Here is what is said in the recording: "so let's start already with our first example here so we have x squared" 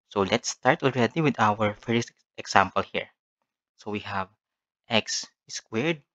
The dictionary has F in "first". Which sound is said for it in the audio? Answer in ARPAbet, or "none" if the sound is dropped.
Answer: F